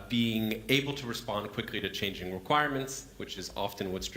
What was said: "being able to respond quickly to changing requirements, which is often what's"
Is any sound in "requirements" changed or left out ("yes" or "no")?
no